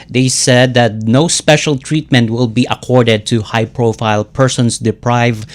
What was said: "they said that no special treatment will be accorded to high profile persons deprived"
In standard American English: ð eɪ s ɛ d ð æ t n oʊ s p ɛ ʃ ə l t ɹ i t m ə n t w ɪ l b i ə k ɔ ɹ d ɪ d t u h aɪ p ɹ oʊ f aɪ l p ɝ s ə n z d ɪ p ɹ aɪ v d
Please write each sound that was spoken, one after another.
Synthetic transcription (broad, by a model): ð eɪ s ɛ d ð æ t n oʊ s p ɛ ʃ ə l t ɹ i t m ə n t w ɪ l b i ə k ɔ ɹ d ɪ d t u h aɪ p ɹ oʊ f aɪ l p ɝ s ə n s d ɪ p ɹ aɪ v